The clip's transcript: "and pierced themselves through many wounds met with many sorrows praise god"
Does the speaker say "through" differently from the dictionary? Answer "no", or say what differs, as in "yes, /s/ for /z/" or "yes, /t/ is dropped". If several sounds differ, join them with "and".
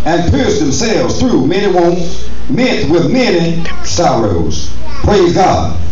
no